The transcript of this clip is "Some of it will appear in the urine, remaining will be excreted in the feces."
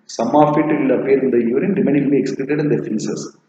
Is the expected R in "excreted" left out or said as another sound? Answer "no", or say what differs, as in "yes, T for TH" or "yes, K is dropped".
yes, L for R